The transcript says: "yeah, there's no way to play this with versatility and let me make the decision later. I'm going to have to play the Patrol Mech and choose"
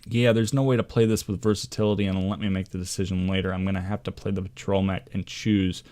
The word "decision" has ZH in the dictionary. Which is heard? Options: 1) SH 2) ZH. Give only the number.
2